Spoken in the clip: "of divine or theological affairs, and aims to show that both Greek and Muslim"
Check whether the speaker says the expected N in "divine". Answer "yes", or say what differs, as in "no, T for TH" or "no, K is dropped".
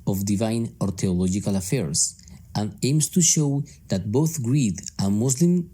yes